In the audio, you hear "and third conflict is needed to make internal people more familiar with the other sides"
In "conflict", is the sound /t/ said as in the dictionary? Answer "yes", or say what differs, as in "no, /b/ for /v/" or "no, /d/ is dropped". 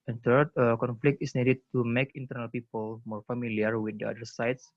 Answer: yes